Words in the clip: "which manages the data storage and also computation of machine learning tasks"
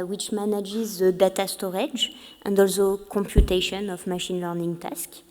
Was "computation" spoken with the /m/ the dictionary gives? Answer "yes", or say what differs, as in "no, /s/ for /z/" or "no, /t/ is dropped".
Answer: yes